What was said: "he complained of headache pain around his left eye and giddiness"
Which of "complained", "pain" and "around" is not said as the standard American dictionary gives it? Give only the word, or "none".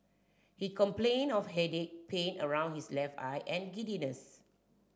complained